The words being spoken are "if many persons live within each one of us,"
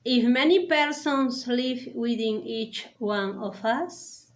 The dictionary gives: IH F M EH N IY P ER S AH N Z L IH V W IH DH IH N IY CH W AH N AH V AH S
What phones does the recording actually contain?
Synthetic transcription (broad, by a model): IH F M EH N IY P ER S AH N S L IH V W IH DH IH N IY CH W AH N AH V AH S